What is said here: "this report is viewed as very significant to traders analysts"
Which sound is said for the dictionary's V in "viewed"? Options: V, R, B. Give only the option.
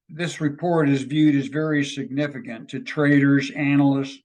V